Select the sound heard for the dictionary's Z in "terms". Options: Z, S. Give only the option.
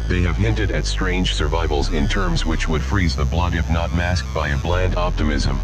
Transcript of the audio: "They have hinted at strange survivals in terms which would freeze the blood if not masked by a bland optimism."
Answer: Z